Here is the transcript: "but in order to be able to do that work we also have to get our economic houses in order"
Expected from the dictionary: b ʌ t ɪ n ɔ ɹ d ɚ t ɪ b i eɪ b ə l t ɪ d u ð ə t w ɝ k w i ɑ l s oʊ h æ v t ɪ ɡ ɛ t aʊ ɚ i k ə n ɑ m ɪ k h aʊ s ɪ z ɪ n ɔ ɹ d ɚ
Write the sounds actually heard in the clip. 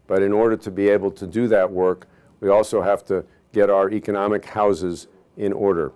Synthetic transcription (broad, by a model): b ʌ t ɪ n ɔ ɹ d ɚ t ɪ b i eɪ b l t ɪ d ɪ ð ə t w ɝ k w i ɑ l s oʊ h æ f t ɪ ɡ ɛ t aʊ ɚ i k ə n ɑ m ɪ k h aʊ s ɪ z ɪ n ɔ ɹ d ɚ